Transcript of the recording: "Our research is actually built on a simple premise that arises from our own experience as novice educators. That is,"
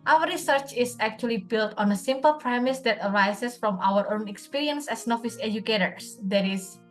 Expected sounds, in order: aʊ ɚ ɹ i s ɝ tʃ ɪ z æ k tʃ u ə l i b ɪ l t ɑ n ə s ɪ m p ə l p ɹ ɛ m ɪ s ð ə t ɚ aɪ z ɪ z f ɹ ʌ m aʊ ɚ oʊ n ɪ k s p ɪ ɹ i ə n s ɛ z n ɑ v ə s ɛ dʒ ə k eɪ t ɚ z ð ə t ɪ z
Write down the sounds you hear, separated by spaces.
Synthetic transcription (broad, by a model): aʊ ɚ ɹ i s ɝ tʃ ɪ s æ k tʃ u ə l i b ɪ l t ɑ n ə s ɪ m p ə l p ɹ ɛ m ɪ s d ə t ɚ aɪ s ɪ s f ɹ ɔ m aʊ ɚ oʊ n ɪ k s p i ɹ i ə n s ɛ s n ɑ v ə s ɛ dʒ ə k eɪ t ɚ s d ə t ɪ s